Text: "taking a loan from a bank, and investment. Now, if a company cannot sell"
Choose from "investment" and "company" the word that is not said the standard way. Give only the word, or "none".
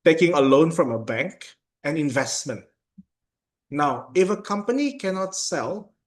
none